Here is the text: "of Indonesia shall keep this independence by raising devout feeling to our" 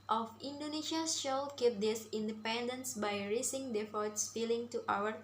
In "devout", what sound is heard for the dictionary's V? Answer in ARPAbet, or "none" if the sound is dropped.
F